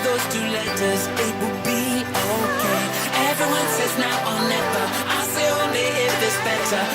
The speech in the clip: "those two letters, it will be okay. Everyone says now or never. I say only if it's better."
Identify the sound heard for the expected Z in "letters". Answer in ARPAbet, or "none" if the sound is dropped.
Z